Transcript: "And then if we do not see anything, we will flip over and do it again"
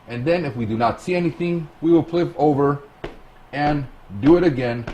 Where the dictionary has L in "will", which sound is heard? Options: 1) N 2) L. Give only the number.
2